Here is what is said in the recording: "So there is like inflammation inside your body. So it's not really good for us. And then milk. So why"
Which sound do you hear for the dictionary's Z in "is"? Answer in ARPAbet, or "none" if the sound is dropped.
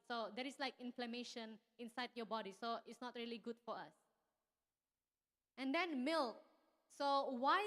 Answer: S